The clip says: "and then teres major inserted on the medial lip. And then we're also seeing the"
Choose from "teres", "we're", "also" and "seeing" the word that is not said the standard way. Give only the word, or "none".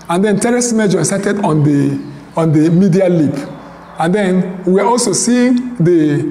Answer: we're